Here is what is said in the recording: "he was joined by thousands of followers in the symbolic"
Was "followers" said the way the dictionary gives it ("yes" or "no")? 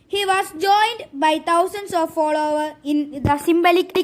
no